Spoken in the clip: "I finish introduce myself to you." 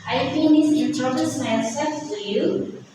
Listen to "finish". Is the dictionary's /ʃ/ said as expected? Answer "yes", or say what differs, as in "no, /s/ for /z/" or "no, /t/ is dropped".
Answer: no, /s/ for /ʃ/